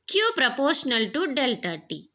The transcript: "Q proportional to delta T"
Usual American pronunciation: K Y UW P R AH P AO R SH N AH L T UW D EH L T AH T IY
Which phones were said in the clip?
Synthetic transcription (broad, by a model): K Y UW P R AH P AO R SH N AH L T UW D EH L T AH T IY